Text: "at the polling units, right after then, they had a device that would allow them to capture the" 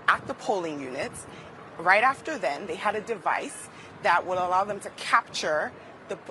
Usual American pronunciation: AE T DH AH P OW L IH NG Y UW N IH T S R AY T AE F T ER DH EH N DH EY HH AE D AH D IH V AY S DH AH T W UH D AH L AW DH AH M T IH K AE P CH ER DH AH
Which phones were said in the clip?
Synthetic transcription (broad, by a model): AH T DH AH P OW L IH NG Y UW N IH T S R AY T AE F T ER DH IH N DH EY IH D AH D IH V AY S DH AH T W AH D AH L AW DH AH M T IH K AE P CH ER DH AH